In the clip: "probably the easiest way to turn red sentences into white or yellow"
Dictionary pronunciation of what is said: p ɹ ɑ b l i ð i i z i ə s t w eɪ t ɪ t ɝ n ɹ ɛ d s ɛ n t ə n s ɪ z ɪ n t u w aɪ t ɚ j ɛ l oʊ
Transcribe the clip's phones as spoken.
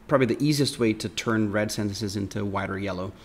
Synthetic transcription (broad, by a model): p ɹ ɑ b l i ð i i z i ə s t w eɪ t ɪ t ɝ n ɹ ɛ d s ɛ n t ə n s ɪ z ɪ n t u w aɪ t ɚ j ɛ l oʊ